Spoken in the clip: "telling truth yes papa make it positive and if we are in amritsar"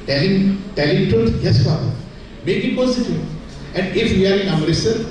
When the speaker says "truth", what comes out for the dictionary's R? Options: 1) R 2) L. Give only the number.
2